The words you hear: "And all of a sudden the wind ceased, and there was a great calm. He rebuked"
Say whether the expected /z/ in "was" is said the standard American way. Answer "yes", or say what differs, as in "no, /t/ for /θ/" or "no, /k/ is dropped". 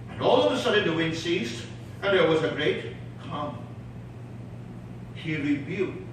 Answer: yes